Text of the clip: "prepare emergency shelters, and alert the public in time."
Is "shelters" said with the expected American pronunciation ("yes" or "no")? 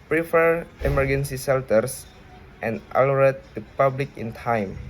no